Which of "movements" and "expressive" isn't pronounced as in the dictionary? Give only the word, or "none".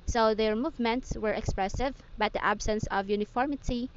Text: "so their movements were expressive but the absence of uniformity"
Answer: none